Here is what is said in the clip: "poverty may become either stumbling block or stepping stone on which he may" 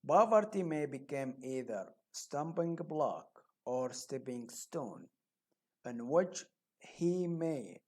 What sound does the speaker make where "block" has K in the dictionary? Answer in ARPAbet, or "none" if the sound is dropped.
K